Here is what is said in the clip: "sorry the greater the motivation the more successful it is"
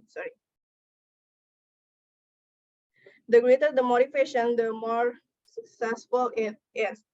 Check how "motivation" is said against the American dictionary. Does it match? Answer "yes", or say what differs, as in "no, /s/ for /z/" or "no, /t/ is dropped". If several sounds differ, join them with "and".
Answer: no, /f/ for /v/